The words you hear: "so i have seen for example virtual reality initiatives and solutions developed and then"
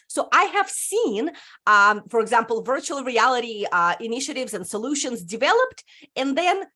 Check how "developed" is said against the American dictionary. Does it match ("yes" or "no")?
yes